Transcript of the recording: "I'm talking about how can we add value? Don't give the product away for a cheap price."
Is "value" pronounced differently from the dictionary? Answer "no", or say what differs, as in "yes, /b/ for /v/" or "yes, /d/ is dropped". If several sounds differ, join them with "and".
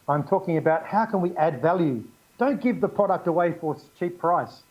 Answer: no